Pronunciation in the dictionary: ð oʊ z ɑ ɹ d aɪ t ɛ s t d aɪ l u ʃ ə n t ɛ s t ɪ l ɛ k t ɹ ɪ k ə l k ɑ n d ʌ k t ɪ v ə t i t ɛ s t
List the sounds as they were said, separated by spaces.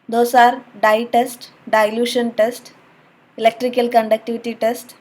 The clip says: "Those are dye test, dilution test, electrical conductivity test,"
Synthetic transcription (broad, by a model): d oʊ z ɑ ɹ d aɪ t ɛ s t d aɪ l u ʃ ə n t ɛ s t ɪ l ɛ k t ɹ ɪ k ə l k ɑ n d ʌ k t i v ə t i t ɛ s t